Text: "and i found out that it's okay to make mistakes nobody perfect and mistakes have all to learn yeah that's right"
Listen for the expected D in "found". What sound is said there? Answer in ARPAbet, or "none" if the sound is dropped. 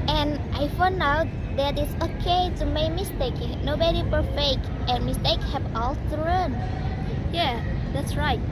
none